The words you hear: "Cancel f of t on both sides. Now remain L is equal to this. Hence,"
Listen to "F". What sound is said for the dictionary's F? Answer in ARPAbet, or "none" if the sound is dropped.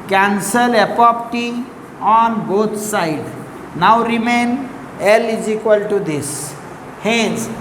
P